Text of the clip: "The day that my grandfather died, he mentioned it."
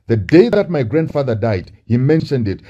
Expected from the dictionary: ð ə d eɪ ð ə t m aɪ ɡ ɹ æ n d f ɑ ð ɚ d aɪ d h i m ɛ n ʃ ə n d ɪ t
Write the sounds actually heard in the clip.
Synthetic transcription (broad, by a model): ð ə d eɪ ð ə t m aɪ ɡ ɹ æ n d f ɑ ð ɚ d aɪ d h i m ɛ n ʃ ə n d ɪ t